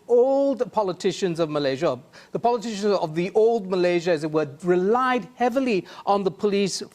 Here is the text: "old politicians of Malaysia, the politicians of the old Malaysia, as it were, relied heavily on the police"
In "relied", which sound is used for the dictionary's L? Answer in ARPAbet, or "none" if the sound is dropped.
L